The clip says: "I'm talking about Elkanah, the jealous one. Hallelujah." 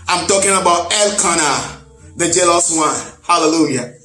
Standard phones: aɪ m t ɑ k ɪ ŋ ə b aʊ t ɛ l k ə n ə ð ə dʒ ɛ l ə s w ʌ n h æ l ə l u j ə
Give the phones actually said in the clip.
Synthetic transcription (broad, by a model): aɪ m t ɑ k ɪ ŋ ə b aʊ t ɛ l k ə n ə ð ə dʒ ɛ l ə s w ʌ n h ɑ l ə l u j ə